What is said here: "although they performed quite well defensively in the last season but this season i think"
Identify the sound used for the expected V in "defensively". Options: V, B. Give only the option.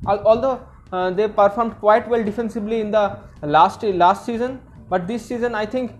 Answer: B